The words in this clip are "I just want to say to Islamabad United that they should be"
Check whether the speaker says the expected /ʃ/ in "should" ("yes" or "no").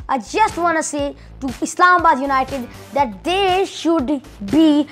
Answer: yes